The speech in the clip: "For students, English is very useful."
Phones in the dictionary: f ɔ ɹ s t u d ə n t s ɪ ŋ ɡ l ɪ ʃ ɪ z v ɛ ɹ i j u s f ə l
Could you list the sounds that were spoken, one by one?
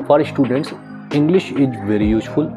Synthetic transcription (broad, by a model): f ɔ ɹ s t u d ə n t s ɪ ŋ ɡ l ɪ ʃ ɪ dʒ v ɛ ɹ i j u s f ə l